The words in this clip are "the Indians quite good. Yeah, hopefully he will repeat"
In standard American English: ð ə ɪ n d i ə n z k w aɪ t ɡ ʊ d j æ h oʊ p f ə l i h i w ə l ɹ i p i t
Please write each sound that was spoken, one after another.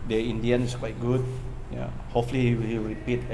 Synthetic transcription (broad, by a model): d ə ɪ n d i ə n s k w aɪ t ɡ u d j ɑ h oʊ f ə l i h i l ɹ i p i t